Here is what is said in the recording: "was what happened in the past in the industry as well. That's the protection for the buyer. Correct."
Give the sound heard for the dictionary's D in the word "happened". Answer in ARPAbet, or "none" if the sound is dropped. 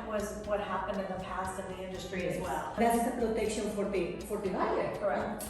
D